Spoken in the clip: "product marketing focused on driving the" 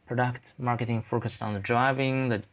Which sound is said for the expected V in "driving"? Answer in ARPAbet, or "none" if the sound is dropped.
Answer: V